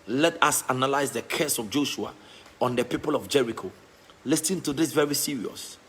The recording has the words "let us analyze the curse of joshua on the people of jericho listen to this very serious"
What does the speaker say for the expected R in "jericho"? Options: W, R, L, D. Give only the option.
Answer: R